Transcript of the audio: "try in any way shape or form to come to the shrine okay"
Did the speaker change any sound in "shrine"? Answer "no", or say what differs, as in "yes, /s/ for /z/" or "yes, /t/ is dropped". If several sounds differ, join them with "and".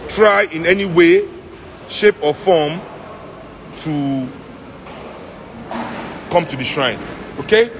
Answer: no